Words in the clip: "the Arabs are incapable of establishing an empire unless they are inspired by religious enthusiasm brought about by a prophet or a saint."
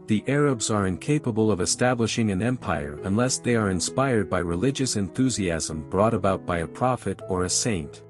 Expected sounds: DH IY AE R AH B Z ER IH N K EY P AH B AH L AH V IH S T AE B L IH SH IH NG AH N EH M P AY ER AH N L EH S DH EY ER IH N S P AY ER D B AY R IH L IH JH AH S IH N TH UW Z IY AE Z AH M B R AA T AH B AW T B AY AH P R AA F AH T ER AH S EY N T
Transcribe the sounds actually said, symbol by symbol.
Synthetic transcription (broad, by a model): DH IY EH R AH B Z ER IH N K EY P AH B AH L AH V IH S T AE B L IH SH IH NG AH N EH M P AY ER AH N L EH S DH EY ER IH N S P AY ER D B AY R IH L IH JH AH S IH N TH UW Z IY AE Z AH M B R AA T AH B AW T B AY AH P R AA F AH T ER AH S EY N T